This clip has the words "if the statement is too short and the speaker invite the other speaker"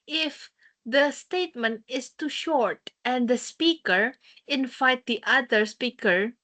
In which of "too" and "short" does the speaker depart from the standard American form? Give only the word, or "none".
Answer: none